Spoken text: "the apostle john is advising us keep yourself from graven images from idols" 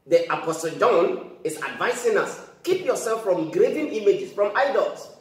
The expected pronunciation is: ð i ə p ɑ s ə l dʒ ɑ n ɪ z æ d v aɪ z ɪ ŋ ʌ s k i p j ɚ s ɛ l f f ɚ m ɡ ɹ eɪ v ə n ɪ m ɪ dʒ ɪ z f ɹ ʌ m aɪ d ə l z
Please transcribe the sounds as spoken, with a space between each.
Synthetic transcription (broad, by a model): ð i ə p ɑ s ə l dʒ ɑ n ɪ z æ d v aɪ s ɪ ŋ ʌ s k i p j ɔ s ɛ l f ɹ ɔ m ɡ ɹ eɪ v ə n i m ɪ dʒ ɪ s f ɹ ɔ m aɪ d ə l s